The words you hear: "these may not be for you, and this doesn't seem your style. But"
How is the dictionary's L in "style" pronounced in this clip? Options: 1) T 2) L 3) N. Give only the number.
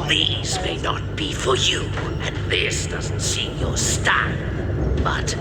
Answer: 3